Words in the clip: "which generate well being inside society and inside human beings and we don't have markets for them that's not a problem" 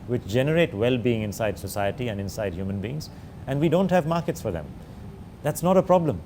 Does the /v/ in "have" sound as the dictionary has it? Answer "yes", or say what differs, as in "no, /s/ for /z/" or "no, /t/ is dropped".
yes